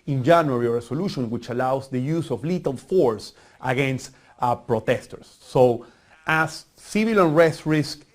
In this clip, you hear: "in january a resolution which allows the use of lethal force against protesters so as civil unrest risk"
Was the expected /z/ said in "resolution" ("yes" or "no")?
no